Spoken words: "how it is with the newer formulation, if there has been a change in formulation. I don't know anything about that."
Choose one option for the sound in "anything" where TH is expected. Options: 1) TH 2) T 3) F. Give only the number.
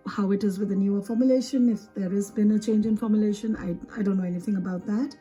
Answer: 1